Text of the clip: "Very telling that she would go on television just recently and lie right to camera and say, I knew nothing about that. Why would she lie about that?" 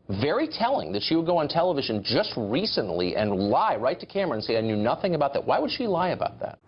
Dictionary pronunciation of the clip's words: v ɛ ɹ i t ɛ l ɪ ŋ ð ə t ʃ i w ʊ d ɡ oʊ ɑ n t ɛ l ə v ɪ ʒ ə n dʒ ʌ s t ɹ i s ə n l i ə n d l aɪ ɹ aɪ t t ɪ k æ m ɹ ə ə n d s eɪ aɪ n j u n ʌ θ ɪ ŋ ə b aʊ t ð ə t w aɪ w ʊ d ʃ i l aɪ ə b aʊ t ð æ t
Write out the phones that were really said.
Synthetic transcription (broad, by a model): v ɛ ɹ i t ɛ l ɪ ŋ ð ə t ʃ i w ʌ d ɡ oʊ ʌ n t ɛ l ə v ɪ ʒ ə n dʒ ʌ s t ɹ i s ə n l i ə n l aɪ ɹ aɪ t t ɪ k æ m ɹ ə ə n s eɪ aɪ n j u n ʌ θ ɪ ŋ ə b aʊ t ð ə t w aɪ w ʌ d ʃ i l aɪ ə b aʊ t ð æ t